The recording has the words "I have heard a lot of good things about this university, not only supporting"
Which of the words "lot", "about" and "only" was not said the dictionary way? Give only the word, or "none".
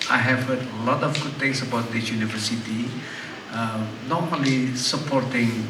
only